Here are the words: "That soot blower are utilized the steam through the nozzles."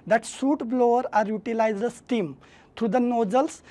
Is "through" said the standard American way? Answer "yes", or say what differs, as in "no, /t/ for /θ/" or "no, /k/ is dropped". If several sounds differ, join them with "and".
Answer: no, /t/ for /θ/